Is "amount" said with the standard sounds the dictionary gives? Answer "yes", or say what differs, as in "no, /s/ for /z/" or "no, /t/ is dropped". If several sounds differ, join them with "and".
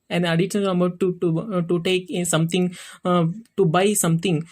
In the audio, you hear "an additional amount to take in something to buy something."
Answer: no, /n/ is dropped